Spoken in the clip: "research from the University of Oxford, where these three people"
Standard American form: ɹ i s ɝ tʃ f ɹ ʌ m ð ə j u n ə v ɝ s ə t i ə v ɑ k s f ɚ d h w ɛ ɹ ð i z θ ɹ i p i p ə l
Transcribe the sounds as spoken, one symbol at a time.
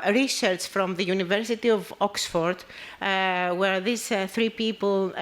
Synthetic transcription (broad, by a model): ɹ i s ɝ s f ɹ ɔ m ð ə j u n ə v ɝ s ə t i ə v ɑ k s f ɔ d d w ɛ ɹ ð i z θ ɹ i p i p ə l